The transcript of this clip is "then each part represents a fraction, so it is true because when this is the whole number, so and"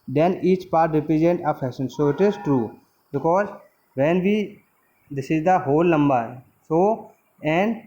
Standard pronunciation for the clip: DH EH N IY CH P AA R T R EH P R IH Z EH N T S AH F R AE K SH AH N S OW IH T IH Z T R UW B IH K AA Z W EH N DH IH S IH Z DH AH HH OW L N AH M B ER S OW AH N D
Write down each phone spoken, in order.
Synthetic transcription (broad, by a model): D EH N IY CH P AA R T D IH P IH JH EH N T AH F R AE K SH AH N S OW IH T IH Z T R UW B IH K AA Z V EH N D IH S IH Z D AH HH OW L N AH M B ER S OW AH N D